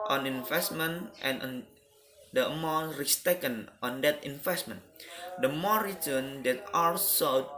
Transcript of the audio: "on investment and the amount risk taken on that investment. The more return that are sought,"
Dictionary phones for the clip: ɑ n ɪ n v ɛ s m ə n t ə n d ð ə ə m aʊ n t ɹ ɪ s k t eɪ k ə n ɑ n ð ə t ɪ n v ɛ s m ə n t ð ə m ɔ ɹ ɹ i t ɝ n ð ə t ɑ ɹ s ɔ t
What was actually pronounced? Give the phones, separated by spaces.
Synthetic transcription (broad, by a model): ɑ n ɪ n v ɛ s m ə n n ə n d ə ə m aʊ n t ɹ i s t eɪ k ə n ɑ n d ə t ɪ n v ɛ s m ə n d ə m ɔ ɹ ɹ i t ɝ n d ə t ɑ l s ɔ